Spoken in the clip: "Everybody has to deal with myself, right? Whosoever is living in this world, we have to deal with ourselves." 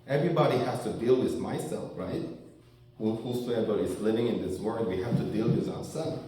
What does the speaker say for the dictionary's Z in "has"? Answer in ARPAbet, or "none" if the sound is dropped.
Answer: S